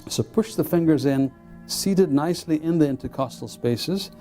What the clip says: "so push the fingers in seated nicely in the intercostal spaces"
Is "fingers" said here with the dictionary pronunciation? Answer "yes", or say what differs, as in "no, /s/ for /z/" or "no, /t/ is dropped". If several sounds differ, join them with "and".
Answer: yes